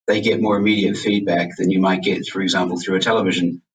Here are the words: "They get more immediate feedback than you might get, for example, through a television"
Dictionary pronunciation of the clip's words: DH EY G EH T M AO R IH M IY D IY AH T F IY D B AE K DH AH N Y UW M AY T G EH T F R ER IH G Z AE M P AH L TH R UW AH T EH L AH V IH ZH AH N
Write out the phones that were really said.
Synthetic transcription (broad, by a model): DH EY G EH T M AO R IH M IY D IY AH T F IY D B AE K DH AH N Y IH M AY T G EH T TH R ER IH G Z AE M P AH L TH R UW AH T EH L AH V IH ZH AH N